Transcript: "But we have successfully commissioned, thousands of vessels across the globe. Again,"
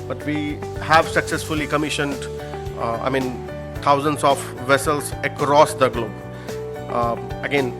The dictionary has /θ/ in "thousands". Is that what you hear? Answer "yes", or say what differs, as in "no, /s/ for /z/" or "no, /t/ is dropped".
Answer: no, /t/ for /θ/